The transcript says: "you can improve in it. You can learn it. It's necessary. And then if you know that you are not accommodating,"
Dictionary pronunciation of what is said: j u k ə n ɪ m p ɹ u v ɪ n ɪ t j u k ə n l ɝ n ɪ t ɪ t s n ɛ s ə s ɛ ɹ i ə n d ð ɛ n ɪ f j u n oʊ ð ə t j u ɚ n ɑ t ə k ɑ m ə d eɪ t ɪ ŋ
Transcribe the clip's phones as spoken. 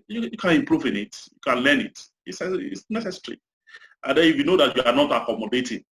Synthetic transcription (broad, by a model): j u k ə n ɪ m p ɹ u v ɪ n ɪ t j u k ə n l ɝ n ɪ t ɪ s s n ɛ s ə s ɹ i ə n d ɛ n ɪ f j u n oʊ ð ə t j u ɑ n ɑ t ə k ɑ m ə d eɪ t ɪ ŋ